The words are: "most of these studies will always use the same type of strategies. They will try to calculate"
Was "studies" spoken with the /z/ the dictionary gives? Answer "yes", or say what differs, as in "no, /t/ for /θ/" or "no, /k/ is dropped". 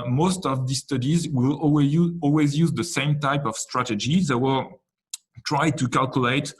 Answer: yes